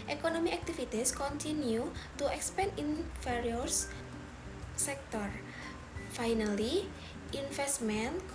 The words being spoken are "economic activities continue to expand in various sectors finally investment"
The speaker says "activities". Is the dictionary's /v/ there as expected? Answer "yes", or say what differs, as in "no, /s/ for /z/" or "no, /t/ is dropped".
no, /f/ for /v/